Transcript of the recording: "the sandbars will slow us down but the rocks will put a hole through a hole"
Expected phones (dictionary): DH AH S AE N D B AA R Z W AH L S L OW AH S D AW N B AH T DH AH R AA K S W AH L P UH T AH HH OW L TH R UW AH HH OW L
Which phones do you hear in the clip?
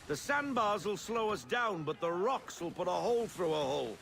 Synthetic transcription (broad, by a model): DH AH S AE N B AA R Z W AH L S L OW AH S D AW N B AH T DH AH R AA K S W AH L P UH T AH HH OW L TH R UW AH HH OW L